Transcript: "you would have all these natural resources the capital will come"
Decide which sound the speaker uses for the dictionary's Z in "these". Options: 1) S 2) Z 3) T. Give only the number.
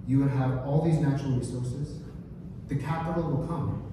2